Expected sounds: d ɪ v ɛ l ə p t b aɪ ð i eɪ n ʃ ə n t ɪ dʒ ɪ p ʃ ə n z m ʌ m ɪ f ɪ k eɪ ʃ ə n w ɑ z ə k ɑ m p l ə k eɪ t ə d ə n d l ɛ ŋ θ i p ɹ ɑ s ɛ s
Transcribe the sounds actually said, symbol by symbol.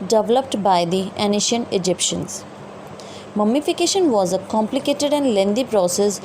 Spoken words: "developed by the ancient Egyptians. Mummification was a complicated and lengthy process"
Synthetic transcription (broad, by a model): d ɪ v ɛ l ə p t b aɪ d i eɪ n ʃ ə n ɪ dʒ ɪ p ʃ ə n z m ʌ m ɪ f ɪ k eɪ ʃ ə n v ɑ z ə k ɑ m p l ə k eɪ t ə d ə n d l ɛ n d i p ɹ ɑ s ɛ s